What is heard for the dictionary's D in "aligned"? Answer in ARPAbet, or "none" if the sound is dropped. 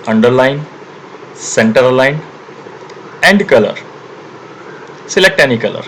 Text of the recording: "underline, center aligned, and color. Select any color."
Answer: none